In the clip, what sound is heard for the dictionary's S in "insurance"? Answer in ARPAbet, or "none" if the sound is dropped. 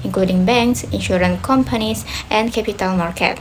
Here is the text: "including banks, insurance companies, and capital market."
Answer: none